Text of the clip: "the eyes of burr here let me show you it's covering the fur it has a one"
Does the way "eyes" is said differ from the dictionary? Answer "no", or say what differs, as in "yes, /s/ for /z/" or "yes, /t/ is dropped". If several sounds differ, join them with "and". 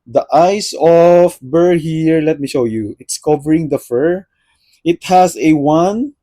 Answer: yes, /s/ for /z/